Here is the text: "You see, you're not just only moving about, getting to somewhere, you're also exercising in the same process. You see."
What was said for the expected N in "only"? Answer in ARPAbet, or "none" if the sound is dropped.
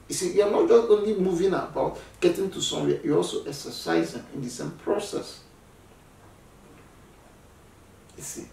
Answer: N